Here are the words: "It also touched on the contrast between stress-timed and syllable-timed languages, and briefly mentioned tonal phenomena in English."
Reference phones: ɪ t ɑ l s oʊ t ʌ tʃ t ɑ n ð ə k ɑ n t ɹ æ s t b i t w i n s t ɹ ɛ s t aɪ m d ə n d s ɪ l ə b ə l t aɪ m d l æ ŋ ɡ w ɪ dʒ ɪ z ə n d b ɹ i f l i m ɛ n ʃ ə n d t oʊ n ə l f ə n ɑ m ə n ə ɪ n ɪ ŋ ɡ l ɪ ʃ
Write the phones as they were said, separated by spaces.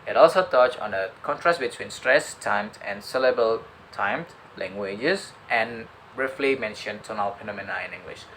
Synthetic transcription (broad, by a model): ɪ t ɑ l s oʊ t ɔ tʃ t ɑ n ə k ɑ n t ɹ æ s t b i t w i n s t ɹ ɛ s t aɪ m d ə n s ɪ l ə b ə l t aɪ m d l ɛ ŋ ɡ w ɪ dʒ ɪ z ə n b ɹ i f l i m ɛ n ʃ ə n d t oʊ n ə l p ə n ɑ m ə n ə ɪ n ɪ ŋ ɡ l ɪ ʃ